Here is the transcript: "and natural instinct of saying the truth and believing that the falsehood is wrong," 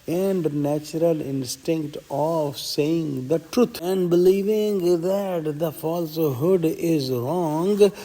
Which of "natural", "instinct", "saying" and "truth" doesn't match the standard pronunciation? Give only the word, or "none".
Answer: truth